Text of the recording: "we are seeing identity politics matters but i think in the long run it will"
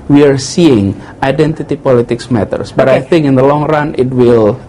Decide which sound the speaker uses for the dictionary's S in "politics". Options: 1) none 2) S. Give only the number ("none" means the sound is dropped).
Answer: 2